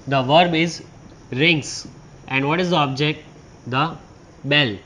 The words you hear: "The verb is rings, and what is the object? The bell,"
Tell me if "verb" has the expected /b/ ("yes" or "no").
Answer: yes